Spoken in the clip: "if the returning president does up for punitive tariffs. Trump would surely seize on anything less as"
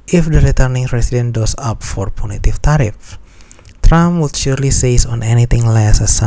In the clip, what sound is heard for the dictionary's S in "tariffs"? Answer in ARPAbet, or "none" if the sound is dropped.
none